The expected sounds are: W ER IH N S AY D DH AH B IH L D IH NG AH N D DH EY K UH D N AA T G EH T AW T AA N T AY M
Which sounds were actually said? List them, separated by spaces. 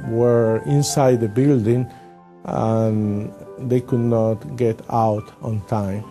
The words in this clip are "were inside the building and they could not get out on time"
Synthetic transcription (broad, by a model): W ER IH N S AY D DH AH B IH L D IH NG AH N D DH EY K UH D N AA T G EH T AW T AA N T AY M